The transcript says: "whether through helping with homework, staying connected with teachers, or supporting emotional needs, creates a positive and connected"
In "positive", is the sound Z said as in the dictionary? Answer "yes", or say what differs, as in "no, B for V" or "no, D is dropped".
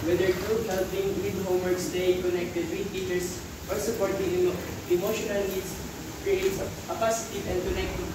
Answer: no, S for Z